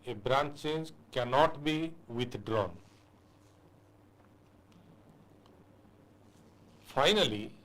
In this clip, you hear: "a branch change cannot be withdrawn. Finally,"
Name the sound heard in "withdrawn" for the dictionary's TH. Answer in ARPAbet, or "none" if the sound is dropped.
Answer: T